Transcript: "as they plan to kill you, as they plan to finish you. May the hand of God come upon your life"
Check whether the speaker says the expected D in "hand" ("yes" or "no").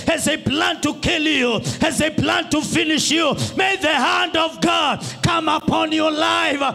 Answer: yes